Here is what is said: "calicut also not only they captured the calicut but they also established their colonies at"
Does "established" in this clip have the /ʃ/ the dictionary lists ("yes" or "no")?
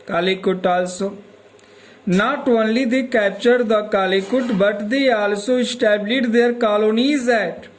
no